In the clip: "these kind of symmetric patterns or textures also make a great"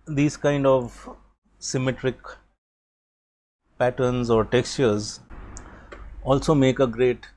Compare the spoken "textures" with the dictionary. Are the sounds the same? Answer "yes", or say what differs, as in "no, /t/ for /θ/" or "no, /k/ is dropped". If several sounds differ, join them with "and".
yes